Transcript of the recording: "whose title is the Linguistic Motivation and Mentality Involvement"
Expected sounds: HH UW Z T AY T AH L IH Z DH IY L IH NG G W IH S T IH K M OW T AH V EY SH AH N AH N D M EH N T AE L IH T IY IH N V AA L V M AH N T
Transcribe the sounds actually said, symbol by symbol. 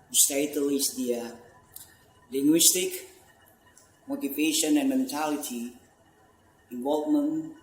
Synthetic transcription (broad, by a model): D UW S T AY T AH L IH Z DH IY L IH NG G W IH S T IH K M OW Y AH P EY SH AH N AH N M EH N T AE L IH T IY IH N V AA L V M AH N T